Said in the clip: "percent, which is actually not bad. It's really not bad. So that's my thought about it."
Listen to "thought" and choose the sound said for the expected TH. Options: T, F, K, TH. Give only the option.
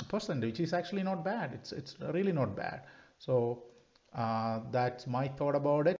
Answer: T